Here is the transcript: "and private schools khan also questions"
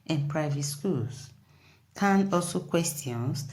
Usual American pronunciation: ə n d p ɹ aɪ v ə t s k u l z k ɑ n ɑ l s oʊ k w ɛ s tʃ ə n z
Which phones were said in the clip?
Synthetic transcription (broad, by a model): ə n p ɹ aɪ v ə t s k u l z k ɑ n ɑ l s oʊ k w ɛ s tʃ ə n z